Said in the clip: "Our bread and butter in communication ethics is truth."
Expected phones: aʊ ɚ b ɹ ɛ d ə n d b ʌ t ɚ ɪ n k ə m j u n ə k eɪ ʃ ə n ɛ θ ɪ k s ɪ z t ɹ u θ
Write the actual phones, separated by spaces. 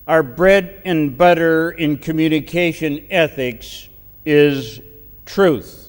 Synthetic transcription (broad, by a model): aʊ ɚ b ɹ ɛ d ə n b ʌ t ɚ ɪ n k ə m j u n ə k eɪ ʃ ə n ɛ θ ɪ k s ɪ z t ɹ u θ